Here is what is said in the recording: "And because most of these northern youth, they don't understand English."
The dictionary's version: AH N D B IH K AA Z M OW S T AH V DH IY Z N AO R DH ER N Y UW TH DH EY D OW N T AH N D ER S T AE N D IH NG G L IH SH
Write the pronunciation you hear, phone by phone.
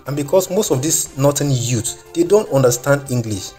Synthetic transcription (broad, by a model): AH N B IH K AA S M OW S T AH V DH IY S N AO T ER N Y UW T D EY D OW N T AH N D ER S T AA N D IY NG G L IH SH